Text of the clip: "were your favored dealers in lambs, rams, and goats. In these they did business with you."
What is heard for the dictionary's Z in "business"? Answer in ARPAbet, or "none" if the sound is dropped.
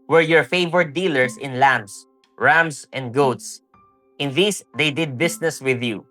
S